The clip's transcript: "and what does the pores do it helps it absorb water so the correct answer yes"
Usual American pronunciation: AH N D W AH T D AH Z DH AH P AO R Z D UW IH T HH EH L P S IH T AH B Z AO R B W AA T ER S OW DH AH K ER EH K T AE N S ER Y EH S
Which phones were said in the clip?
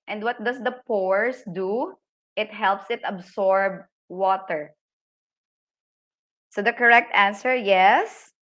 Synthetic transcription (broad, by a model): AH N D W AH T D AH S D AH P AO R S D UW IH T HH EH L P S IH T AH B S AO R B W AA T ER S OW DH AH K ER EH K T AE N S ER Y EH S